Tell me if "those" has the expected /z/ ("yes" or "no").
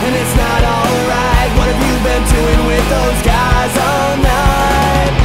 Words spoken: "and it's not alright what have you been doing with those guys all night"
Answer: yes